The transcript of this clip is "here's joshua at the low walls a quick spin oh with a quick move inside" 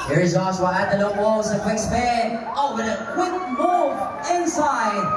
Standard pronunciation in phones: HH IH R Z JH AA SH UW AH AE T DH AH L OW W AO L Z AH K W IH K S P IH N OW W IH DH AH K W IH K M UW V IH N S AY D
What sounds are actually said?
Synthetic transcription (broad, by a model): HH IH R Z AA S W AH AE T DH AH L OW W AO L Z AH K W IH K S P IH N OW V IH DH AH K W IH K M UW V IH N S AY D